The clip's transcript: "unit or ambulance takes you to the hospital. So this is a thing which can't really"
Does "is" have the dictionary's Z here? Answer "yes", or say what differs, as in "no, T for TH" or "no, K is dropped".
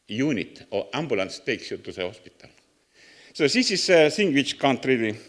no, S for Z